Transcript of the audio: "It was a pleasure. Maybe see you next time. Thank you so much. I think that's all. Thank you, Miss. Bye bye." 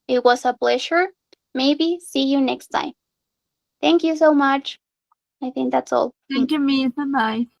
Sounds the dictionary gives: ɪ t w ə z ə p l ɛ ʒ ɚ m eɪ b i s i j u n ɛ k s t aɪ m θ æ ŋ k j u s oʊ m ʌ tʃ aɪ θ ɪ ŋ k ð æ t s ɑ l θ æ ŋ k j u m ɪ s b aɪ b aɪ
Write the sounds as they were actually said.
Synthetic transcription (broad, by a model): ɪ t w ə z ə b l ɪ ʃ ɚ m eɪ b i s i j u n ɛ k s t aɪ m θ æ ŋ k j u s oʊ m ʌ tʃ aɪ θ ɪ ŋ k ð æ t s ɑ l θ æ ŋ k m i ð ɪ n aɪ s